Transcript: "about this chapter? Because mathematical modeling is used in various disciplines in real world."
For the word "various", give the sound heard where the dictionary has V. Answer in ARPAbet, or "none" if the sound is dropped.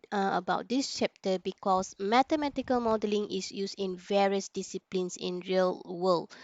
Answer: V